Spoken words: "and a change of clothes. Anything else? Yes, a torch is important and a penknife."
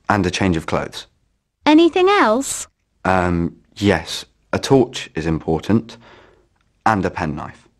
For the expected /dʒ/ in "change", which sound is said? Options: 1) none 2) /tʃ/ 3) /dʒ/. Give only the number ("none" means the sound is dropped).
3